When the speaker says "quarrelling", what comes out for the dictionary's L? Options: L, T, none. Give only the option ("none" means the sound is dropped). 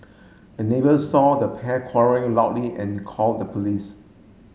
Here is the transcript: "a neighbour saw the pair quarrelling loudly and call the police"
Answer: none